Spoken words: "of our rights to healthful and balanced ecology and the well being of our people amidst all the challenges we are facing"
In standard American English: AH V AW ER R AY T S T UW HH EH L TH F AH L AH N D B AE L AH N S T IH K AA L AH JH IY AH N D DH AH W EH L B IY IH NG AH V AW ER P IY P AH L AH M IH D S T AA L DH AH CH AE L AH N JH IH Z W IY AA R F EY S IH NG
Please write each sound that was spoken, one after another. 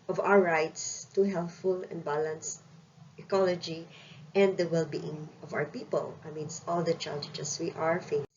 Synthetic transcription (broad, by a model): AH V AW ER R AY T S T UW HH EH L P F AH L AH N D B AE L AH N S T IH K AA L AH JH IY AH N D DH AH W EH L B IY IH NG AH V AW ER P IY P AH L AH M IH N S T AA L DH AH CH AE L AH JH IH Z W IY AA R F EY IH